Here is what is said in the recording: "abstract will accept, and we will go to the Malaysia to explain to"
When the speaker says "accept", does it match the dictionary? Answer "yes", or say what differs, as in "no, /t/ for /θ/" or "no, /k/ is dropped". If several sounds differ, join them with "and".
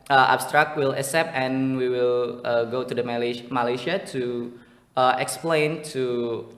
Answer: no, /k/ is dropped